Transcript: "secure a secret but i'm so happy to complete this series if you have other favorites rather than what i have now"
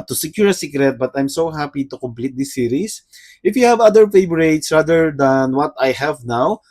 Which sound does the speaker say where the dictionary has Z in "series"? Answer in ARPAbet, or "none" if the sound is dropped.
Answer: S